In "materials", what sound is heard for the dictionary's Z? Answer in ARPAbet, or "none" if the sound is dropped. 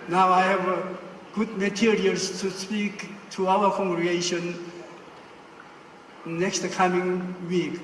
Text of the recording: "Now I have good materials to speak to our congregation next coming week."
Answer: S